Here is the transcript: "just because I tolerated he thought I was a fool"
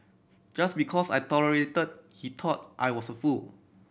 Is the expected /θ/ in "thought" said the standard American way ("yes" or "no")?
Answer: no